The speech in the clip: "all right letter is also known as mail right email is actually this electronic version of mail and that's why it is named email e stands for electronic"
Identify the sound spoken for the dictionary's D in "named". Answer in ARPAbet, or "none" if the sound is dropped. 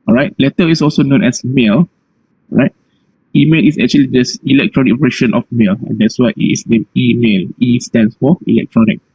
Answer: none